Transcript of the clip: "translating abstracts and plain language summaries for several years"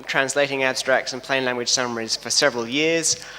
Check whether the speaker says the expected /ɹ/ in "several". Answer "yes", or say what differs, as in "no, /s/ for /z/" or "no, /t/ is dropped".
yes